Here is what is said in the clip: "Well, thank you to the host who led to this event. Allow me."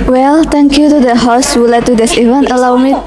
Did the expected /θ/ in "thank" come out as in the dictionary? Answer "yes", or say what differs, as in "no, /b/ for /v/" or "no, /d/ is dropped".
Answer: no, /t/ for /θ/